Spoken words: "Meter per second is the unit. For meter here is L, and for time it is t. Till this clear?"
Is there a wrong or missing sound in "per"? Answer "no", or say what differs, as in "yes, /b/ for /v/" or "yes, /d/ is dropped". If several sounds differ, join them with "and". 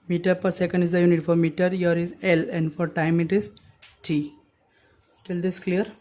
no